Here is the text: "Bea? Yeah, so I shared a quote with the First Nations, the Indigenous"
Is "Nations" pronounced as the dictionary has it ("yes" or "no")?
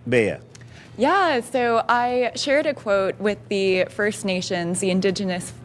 yes